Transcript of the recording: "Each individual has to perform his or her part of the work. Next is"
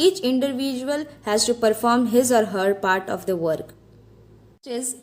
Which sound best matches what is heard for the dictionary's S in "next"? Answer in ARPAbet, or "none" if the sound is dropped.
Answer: none